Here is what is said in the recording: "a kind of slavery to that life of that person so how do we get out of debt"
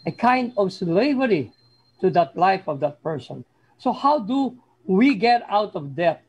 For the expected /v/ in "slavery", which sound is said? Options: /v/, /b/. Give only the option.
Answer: /v/